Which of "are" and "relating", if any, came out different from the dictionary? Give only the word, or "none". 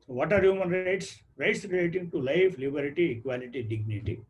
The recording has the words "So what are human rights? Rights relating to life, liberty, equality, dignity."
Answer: none